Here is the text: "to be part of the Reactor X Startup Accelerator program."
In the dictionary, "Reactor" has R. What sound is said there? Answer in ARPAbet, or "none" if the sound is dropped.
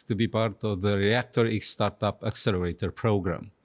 R